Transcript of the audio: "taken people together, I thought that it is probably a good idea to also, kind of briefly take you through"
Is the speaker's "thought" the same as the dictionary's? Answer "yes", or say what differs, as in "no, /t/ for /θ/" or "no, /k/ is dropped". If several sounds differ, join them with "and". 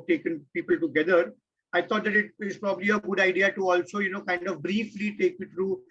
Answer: no, /t/ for /θ/